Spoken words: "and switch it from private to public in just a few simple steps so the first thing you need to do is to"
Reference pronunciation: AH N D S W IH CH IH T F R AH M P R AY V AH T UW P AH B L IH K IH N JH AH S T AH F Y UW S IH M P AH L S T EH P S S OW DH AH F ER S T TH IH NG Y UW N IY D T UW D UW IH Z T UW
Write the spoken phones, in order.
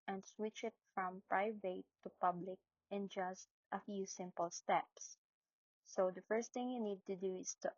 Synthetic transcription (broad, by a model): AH N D S W IH CH IH T F R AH M P R AY V AH T UW P AH B L IH K IH N JH AH S T AH F Y UW S IH M P AH L S T EH P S S OW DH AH F ER S T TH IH NG Y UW N IY D T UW D UW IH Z T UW